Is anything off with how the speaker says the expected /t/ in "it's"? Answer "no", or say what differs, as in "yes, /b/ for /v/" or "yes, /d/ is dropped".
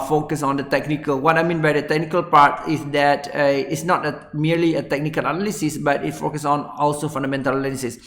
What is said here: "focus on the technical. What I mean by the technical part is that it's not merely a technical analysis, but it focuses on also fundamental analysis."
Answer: no